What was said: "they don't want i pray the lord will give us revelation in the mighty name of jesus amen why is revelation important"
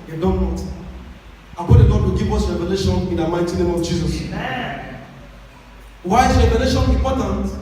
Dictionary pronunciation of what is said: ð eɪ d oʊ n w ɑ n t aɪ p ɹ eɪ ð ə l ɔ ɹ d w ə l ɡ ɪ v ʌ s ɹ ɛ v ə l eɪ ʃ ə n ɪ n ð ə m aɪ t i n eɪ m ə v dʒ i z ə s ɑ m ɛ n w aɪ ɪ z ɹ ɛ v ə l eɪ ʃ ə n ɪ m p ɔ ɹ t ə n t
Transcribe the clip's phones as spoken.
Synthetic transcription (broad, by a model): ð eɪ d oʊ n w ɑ t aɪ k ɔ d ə n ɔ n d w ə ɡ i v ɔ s ɹ ɛ v ə l eɪ ʃ ə n ɪ n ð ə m aɪ t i n eɪ m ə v dʒ i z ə s w aɪ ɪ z ɹ ɛ v ə l eɪ ʃ ə n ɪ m p ɔ t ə n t